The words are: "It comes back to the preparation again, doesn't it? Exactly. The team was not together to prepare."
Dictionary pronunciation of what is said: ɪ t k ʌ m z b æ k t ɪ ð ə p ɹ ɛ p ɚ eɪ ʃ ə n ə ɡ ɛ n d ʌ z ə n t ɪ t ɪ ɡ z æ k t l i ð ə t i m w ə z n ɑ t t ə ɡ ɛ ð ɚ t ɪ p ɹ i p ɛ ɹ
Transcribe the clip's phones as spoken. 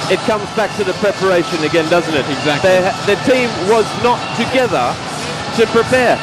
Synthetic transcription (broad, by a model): ɪ t k ʌ m z b æ k t ɪ ð ə p ɹ ɛ p ɚ eɪ ʃ ə n ə ɡ ɛ n d ʌ z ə n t ɪ t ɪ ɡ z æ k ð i ð ə t i m w ə z n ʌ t t ə ɡ ɛ ð ɚ t ɪ p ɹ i p ɛ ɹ